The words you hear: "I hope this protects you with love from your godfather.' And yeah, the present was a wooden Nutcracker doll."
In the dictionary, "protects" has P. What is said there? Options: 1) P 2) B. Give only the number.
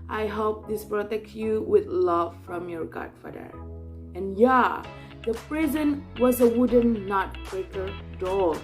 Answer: 2